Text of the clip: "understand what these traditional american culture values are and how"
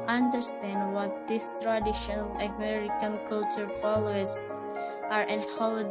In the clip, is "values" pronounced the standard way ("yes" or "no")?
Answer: no